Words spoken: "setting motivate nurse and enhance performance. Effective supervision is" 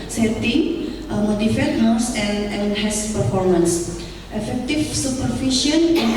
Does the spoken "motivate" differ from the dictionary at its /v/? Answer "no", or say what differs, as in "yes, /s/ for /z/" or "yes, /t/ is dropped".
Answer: yes, /f/ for /v/